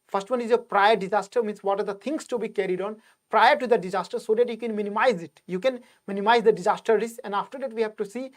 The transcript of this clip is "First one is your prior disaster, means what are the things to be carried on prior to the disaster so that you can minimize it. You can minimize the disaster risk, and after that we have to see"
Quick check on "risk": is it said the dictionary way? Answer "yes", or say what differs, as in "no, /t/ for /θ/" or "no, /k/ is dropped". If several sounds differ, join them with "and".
no, /k/ is dropped